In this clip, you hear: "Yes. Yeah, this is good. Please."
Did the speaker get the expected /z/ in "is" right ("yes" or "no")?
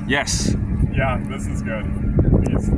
yes